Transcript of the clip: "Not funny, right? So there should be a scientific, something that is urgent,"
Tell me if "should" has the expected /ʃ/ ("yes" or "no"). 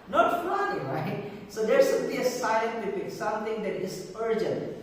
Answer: no